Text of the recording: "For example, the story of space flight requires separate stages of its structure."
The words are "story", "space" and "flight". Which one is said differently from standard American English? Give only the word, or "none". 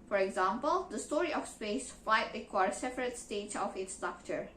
flight